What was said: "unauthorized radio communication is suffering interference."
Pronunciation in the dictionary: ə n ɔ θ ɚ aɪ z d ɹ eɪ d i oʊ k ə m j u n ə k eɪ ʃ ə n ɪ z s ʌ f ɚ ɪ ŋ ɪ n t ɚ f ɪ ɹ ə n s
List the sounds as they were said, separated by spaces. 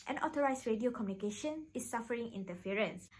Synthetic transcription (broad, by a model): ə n ɔ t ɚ aɪ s ɹ eɪ d i oʊ k ə m j u n ə k eɪ ʃ ə n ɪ s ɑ f ɚ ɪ ŋ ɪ n t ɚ f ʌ ɹ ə n s